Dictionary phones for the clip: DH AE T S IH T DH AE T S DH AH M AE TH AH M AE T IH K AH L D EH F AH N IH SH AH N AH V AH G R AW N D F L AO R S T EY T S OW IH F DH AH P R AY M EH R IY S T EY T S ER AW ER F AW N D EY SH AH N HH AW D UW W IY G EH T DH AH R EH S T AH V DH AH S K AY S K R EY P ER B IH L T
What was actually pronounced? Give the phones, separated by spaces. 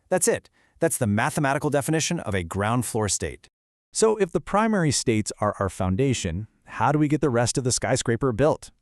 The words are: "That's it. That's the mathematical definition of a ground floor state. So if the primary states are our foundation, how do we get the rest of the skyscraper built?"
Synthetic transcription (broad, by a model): DH AE T S IH T DH AE T S DH AH M AE TH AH M AE T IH K L D EH F AH N IH SH AH N AH V AH G R AW N D F L AO R S T EY T S OW IH F DH AH P R AY M EH R IY S T EY T S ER AW ER F AW N D EY SH AH N HH AW D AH W IY G EH T DH AH R EH S T AH V DH AH S K AY S K R EY P ER B IH L T